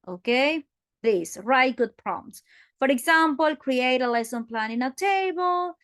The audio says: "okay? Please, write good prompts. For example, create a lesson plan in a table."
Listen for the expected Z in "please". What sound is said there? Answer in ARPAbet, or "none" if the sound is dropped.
S